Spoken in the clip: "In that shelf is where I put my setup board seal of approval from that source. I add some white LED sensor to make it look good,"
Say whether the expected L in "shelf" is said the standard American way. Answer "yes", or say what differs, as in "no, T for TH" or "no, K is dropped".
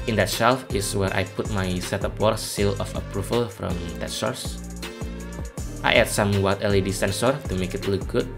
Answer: yes